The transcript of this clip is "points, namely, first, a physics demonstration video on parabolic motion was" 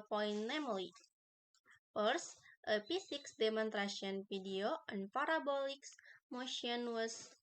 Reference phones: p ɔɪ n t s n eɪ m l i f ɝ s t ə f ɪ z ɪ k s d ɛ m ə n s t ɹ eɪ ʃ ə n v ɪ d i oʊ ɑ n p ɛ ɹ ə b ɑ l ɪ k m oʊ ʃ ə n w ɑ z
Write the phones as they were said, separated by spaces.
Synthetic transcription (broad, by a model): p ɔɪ n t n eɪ m l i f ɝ s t ə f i s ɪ k s d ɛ m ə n t ɹ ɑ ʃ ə n f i d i oʊ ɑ n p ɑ ɹ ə b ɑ l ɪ k m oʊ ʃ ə n w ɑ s